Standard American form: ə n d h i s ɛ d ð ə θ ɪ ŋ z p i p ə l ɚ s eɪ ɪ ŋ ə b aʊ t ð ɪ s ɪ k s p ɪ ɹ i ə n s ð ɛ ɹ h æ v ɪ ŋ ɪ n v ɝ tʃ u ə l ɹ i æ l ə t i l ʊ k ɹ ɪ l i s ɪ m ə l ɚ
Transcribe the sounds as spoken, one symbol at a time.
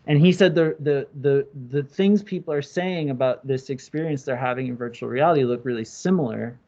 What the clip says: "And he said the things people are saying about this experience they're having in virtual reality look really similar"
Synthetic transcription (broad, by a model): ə n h i s ɛ d ð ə θ ɪ ŋ z p i p l ɚ s eɪ ɪ ŋ ə b aʊ t ð ɪ s ɪ k s p ɪ ɹ i ə n s ð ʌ ɹ h æ v ɪ ŋ ɪ n v ɝ tʃ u l ɹ i æ l ə t i l ʊ k ɹ ɪ l i s ɪ m l ɚ